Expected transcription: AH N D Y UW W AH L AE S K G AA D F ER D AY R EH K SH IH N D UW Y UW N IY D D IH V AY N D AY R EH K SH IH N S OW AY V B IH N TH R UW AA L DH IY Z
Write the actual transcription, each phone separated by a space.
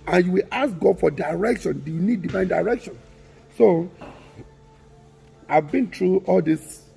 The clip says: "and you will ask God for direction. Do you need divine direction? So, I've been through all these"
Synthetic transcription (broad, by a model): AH N Y UW W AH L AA S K G AA D F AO D AY R EH K SH IH N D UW Y UW N IY D D IH V AY N D AY R EH K SH IH N S OW AY V B IH N T R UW AA L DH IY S